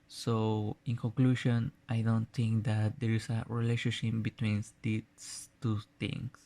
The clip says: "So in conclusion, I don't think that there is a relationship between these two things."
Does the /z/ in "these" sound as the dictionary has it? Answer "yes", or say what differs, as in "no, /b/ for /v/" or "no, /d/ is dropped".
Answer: no, /s/ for /z/